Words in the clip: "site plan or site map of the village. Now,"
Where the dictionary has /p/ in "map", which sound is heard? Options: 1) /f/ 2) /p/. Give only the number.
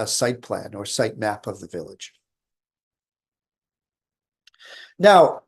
2